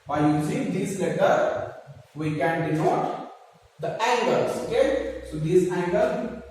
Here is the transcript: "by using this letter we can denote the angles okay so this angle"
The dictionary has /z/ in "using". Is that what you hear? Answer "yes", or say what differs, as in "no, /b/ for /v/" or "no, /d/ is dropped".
no, /s/ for /z/